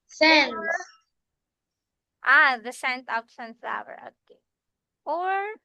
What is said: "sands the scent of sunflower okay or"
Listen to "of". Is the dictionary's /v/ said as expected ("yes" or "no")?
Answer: no